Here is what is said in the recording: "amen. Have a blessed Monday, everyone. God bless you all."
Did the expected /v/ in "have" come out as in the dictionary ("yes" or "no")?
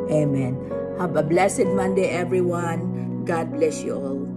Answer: no